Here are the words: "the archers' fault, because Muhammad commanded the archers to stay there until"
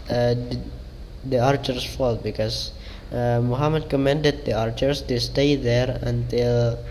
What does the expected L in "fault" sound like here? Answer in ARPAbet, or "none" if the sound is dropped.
L